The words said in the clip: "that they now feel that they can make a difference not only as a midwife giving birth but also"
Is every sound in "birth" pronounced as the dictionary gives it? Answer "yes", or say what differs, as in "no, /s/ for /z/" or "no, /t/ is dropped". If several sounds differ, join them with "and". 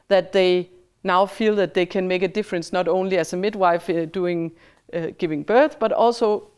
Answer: yes